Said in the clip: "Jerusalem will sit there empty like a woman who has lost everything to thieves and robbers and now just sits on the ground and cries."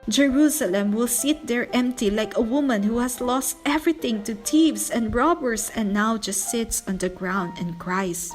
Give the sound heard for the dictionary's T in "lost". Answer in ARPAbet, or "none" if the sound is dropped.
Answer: T